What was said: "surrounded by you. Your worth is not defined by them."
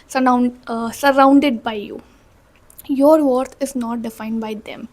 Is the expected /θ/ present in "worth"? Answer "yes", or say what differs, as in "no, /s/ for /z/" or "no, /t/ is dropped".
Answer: no, /t/ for /θ/